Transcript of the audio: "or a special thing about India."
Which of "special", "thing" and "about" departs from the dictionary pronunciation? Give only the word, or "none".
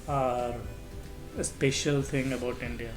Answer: thing